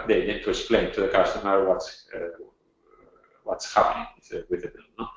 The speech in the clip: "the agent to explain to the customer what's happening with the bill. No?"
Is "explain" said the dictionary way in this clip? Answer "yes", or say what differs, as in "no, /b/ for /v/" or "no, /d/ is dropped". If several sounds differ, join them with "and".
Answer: yes